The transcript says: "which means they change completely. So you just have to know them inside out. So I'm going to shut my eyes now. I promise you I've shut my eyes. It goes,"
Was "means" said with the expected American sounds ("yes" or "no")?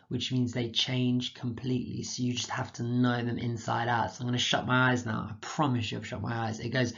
yes